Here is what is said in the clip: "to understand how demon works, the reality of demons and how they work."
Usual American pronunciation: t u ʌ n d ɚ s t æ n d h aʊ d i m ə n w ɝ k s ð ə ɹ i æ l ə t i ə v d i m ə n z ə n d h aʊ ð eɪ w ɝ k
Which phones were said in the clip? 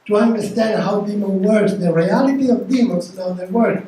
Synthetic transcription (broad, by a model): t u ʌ n d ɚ s t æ n d h aʊ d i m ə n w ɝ s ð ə ɹ i æ l ə t i ə v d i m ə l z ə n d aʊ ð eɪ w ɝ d